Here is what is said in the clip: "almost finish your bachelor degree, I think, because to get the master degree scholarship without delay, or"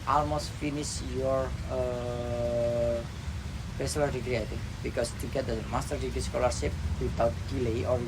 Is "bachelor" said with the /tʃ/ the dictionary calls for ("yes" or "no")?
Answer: no